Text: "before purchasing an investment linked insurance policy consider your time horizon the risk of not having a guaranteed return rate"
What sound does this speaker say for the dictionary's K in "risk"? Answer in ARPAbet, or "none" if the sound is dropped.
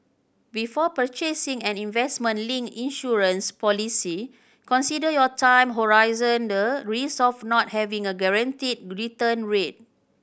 none